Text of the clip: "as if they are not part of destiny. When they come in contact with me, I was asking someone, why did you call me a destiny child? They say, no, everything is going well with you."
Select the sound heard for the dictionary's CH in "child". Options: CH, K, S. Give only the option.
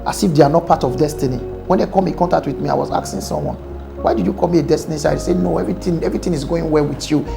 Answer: S